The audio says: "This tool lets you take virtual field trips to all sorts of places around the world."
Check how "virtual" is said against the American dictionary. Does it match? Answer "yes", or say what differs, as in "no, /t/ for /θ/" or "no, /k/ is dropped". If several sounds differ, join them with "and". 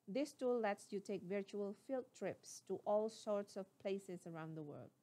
yes